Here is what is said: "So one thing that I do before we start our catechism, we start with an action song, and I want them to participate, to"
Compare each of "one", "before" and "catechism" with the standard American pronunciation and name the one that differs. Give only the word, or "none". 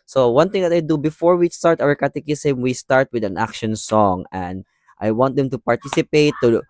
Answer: catechism